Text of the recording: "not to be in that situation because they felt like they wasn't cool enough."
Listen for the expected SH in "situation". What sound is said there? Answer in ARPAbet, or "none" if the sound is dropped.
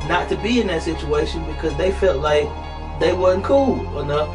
SH